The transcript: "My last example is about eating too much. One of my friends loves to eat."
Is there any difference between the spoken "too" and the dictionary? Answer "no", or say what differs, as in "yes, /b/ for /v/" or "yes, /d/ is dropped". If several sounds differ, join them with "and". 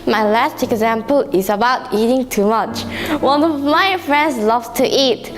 no